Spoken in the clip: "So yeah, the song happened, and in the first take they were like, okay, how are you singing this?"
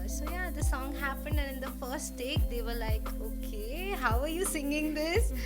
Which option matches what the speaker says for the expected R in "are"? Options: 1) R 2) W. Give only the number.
1